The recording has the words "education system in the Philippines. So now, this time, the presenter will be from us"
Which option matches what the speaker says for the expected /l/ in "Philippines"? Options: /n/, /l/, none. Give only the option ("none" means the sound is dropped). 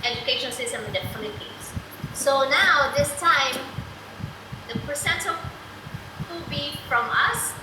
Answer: /n/